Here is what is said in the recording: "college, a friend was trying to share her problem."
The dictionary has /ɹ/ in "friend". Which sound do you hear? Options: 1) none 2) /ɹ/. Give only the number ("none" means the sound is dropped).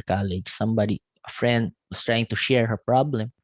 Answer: 2